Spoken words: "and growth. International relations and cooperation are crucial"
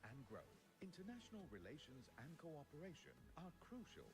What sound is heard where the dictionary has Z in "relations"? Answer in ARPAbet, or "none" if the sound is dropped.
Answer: Z